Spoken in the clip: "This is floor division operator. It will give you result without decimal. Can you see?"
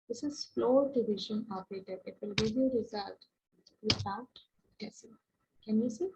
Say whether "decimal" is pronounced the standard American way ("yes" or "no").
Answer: no